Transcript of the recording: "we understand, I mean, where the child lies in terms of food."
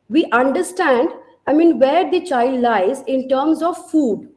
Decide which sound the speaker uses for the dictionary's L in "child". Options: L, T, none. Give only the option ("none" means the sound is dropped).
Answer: L